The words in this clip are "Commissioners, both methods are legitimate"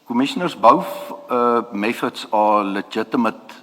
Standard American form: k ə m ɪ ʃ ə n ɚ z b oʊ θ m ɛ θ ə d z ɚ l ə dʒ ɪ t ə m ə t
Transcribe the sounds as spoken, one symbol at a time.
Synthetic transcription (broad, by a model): k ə m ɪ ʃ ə n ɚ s b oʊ f m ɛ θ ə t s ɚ l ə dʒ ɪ t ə m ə t